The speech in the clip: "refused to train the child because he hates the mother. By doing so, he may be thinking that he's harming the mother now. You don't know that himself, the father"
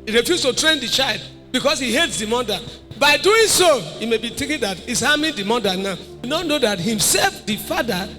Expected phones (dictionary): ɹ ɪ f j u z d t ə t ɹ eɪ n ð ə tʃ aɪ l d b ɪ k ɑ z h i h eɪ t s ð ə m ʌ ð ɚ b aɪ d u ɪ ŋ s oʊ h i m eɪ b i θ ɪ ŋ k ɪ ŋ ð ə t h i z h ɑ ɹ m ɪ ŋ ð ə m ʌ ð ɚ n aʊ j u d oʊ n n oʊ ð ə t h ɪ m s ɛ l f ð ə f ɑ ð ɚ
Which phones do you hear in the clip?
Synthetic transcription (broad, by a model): ɹ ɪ f j u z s t ə t ɹ eɪ n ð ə tʃ aɪ l d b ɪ k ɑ s h i h eɪ t s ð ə m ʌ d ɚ b aɪ d u ɪ ŋ s oʊ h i m eɪ b i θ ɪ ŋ k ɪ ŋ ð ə t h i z h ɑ m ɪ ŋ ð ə m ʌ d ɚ n aʊ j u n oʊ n n oʊ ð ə t h ɪ m s ɛ l f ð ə f ɑ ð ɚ